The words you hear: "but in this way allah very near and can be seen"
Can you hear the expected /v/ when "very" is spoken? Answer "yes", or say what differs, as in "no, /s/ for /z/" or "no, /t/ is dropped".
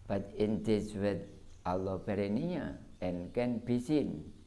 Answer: no, /b/ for /v/